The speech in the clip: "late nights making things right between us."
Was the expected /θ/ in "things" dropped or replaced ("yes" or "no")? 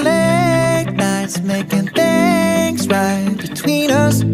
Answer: no